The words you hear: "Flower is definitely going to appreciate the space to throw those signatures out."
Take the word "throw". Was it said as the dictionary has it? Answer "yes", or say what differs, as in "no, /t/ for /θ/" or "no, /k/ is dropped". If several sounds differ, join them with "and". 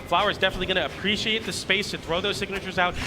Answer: yes